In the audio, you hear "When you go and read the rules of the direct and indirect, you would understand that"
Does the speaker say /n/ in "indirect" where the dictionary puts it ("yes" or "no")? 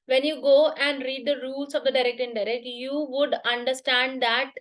no